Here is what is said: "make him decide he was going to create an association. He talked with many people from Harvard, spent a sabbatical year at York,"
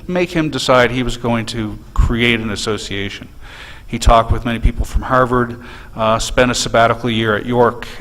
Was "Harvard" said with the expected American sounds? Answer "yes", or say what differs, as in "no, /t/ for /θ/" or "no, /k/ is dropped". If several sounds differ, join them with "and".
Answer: yes